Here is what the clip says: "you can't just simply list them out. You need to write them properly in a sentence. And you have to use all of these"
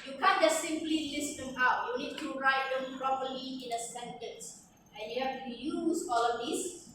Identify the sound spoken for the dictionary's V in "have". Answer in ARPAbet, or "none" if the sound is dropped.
F